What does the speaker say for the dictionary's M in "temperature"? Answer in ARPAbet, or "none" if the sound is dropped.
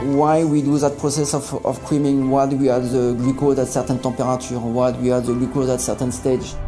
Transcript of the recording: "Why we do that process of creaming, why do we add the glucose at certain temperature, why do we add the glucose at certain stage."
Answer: none